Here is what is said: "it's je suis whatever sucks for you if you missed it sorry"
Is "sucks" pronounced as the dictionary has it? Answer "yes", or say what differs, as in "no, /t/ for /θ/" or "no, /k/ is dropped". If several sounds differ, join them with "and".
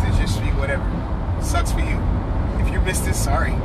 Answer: no, /k/ is dropped